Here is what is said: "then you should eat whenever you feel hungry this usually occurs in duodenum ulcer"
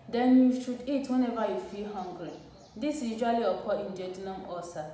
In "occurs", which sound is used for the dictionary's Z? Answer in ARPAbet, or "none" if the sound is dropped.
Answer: none